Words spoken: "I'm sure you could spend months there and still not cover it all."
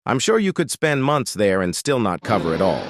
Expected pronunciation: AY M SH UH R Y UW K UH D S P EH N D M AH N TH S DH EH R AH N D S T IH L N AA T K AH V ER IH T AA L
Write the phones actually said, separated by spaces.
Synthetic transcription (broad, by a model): AY M SH UH R Y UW K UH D S P EH N D M AH N TH S DH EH R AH N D S T IH L N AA T K AH V ER IH T AA L